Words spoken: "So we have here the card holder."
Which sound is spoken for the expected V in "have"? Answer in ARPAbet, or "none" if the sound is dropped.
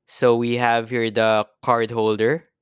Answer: V